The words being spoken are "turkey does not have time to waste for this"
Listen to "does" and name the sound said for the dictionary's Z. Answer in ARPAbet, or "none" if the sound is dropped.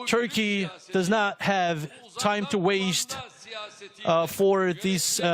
Z